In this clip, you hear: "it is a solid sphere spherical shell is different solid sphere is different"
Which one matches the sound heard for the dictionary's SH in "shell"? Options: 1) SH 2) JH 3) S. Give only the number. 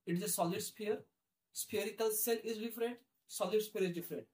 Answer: 3